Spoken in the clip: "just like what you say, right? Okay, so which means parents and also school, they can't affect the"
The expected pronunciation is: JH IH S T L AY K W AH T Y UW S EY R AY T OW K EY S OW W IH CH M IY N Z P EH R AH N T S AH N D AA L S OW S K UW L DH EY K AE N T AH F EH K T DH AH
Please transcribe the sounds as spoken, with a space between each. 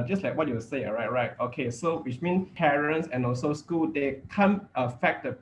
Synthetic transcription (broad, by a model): JH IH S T L AY K W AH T Y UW S EY R AY T OW K EY S OW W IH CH M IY N P EH R AH N T S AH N AA L S OW S K UW L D EY K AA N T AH F EH K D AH